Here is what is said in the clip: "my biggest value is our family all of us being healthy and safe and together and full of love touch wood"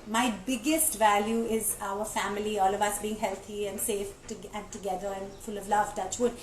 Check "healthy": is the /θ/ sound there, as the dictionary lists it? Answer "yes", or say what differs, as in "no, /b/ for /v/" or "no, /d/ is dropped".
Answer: no, /t/ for /θ/